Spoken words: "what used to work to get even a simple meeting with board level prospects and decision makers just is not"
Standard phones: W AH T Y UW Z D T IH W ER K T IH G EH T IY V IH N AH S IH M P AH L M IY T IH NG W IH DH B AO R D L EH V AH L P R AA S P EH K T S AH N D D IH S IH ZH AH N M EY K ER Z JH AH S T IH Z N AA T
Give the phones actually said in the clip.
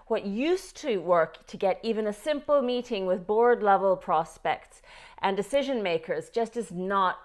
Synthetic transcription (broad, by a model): W AH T Y UW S T IH W ER K T IH G EH T IY V IH N AH S IH M P L M IY T IH NG W IH DH B AO R D L EH V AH L P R AA S P EH K T S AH N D D IH S IH ZH AH N M EY K ER Z JH AH S T IH Z N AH T